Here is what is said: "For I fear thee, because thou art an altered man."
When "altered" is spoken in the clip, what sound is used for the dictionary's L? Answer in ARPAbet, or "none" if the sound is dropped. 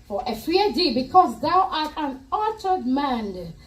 none